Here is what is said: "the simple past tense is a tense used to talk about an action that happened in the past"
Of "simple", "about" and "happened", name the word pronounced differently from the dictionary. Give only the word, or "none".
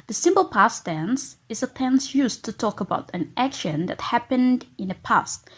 none